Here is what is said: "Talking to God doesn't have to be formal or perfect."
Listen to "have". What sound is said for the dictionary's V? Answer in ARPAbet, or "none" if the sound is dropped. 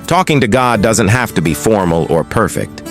F